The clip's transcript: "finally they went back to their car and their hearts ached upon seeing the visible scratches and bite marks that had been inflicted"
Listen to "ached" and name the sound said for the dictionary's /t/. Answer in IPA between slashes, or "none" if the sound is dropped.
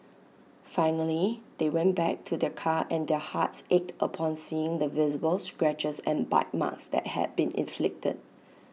/t/